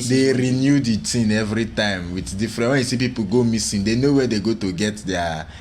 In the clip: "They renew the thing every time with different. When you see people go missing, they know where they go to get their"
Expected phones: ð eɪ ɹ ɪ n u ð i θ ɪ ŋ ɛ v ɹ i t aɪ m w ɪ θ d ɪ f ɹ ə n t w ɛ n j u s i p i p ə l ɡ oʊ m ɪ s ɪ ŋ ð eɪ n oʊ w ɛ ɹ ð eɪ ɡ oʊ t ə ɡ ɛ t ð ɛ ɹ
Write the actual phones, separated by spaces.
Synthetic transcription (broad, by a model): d eɪ ɹ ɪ n u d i t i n ɛ v ɹ i t aɪ m w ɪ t d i f ɹ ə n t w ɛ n j u s i p i p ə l ɡ oʊ m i s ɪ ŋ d eɪ n oʊ w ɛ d eɪ ɡ oʊ t ə ɡ ɛ t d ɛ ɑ